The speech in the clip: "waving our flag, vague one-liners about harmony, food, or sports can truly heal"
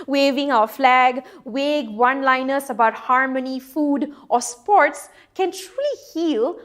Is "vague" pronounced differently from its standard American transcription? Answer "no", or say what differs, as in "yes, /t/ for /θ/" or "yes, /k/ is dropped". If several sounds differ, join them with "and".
yes, /w/ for /v/